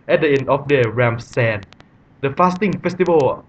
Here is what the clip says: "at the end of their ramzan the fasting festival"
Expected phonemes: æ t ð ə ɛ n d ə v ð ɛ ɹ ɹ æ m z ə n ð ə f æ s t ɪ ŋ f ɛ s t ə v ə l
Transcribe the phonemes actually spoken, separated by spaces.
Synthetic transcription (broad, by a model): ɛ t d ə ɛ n ə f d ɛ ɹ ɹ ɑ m s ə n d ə f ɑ s t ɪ ŋ f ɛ s t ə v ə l